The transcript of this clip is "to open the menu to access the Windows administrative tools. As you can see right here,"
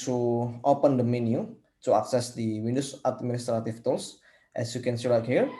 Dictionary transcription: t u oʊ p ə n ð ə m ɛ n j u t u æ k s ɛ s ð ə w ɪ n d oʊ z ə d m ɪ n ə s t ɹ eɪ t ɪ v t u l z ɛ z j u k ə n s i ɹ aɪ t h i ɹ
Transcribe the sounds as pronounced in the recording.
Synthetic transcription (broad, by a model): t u oʊ p ə n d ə m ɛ n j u t u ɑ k s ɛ s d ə w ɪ n d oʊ s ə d m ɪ n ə s t ɹ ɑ t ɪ f t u l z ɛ s j u k ə n s i l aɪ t h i ɹ